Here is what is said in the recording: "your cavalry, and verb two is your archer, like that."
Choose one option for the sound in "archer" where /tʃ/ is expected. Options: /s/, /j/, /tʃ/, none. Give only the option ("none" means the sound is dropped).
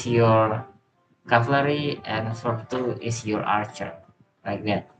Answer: /tʃ/